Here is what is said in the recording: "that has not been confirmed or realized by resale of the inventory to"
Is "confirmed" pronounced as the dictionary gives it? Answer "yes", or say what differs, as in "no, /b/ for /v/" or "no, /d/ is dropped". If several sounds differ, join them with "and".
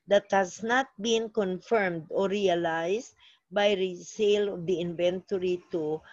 yes